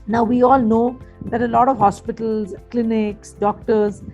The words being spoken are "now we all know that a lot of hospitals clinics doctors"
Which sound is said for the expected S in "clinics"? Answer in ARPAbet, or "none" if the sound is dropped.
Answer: S